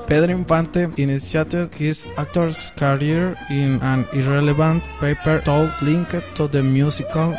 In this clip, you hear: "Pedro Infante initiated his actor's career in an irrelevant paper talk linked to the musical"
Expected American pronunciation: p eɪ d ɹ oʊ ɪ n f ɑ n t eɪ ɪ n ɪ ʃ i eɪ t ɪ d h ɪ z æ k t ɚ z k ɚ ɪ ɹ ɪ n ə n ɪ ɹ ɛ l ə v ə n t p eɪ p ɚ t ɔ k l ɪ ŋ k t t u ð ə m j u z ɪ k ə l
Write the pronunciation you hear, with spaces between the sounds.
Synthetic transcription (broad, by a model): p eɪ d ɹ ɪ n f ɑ n t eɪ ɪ n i s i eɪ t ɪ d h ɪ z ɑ k t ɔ s k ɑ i ɹ ɪ n ə n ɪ ɹ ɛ l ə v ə n t p eɪ p ɚ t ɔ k l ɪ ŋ k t t u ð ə m j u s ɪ k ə l